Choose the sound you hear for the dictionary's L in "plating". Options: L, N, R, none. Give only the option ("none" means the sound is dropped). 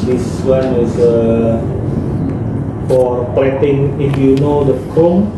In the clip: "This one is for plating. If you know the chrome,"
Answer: none